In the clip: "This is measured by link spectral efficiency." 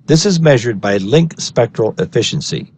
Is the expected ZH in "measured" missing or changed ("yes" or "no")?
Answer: no